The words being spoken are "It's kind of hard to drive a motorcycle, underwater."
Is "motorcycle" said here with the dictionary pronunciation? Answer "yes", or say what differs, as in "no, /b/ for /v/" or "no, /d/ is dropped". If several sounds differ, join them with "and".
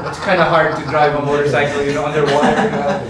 no, /n/ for /l/